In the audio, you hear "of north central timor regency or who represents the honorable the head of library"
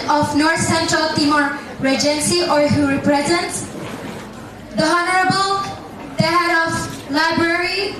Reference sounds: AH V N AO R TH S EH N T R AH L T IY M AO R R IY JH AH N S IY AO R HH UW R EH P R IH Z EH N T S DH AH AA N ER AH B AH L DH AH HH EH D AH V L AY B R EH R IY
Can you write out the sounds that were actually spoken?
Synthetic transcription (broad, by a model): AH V N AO R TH S EH N T R AH L T IY M AO R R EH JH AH N S IY AO R HH UW R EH P R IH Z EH N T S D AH AA N ER AH B AH L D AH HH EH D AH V L AY B R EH R IY